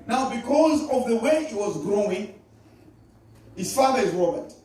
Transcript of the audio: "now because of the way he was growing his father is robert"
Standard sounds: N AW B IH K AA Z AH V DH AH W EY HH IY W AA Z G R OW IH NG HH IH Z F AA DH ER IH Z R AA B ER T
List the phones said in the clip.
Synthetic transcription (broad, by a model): N AW B IH K AA Z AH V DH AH W EY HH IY W AA Z G R OW IH NG HH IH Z F AA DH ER IH Z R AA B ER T